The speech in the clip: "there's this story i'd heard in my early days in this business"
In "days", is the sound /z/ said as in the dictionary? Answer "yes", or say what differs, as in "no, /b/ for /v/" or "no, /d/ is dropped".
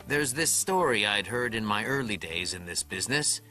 yes